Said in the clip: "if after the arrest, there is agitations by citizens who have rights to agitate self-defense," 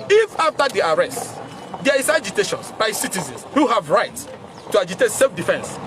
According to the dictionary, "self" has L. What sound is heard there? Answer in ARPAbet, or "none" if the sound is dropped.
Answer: L